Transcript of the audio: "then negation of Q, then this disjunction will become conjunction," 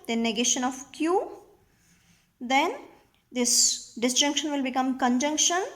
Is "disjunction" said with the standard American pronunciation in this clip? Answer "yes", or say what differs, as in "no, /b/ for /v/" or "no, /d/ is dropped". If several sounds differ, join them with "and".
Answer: yes